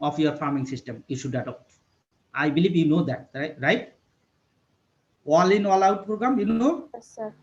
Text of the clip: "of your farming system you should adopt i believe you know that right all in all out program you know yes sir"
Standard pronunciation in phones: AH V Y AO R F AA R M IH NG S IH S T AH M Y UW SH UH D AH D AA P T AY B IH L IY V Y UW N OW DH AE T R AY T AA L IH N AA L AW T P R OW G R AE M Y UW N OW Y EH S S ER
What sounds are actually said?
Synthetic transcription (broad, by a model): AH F Y AO R F AA R M IH NG S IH S T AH M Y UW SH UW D AH D AA P T AY B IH L IY B Y UW N OW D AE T R AY T AA L IH N AA L AW T P R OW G R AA M Y UW N OW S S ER